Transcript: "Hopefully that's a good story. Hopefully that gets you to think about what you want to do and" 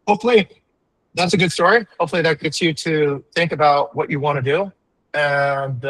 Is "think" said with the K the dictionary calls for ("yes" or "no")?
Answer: yes